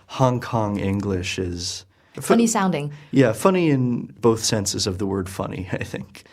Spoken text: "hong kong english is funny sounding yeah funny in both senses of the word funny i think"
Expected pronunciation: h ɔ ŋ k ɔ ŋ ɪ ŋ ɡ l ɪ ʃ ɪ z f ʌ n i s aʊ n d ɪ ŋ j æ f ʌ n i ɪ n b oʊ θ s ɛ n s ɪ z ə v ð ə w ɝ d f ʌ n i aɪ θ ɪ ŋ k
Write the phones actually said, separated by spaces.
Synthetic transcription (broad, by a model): h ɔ ŋ k ɔ ŋ ɪ ŋ ɡ l ɪ ʃ ɪ z f ʌ n i s aʊ n d ɪ ŋ j æ f ʌ n i ɪ n b oʊ θ s ɛ n s ɪ z ə v ð ə w ɝ d f ʌ n i aɪ θ ɪ ŋ k